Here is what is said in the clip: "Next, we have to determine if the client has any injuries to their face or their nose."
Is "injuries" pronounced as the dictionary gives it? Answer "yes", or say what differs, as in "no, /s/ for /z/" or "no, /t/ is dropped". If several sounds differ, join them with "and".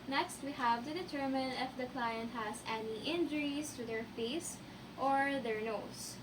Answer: no, /s/ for /z/